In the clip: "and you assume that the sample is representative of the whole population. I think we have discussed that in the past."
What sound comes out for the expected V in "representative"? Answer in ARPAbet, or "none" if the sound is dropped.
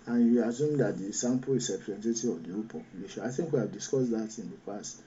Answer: none